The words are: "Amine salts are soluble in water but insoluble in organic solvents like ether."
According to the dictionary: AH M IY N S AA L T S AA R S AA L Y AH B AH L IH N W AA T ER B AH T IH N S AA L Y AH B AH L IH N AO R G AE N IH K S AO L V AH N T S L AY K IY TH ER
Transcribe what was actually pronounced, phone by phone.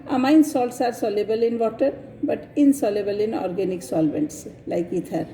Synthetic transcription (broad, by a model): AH M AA N S AA L T S AA R S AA L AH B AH L IH N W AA T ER B AH T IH N S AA L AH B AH L IH N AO R G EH N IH K S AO L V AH N T S L AY K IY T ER